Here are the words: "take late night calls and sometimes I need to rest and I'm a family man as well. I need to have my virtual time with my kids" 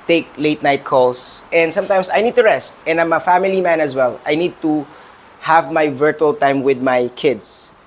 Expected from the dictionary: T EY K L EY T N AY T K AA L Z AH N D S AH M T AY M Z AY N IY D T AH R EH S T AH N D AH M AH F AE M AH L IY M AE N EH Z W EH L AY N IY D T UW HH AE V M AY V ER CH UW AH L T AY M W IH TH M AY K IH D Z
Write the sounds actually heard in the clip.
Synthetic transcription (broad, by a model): T EY K L EY T N AY T K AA L S AH N D S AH M T AY M S AY N IY D T AH R EH S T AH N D AH M AH F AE M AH L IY M AE N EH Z W EH L AY N IY D T UW HH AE V M AY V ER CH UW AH L T AY M W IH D M AY K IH D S